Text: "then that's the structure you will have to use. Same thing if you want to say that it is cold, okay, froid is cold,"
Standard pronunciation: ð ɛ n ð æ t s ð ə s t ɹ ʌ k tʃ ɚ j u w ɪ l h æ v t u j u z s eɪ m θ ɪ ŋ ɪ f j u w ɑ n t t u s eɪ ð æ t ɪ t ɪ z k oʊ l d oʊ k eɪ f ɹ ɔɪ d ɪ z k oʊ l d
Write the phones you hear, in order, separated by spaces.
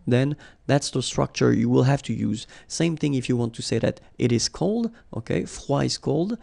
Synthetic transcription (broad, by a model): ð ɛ n ð æ t s ð ə s t ɹ ʌ k tʃ ɚ j u w ɪ l h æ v t u j u z s eɪ m θ ɪ ŋ ɪ f j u w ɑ n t t u s eɪ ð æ t ɪ t ɪ z k oʊ l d oʊ k eɪ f w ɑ ɪ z k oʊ l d